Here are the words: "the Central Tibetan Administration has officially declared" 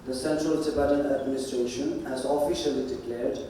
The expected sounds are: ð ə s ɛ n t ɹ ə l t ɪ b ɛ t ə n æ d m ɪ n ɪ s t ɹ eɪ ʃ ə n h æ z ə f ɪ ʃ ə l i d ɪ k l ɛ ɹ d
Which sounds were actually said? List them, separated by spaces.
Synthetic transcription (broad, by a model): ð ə s ɛ n t ɹ ə l s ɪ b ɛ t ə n æ d m ɪ n ɪ s t ɹ eɪ ʃ ə n h æ z ə f ɪ ʃ ə l i d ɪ k l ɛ ɹ d